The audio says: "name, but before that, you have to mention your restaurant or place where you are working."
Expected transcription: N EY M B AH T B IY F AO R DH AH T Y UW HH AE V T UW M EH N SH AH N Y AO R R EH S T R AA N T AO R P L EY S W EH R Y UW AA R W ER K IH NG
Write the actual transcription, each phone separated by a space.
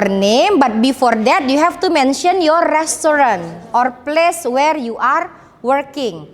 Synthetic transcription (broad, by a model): N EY M B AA T B IY F AO R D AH T Y UW HH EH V T UW M EH N SH AH N Y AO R R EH S T R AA N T AO R P L EY S W EH R Y UW AA R W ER K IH NG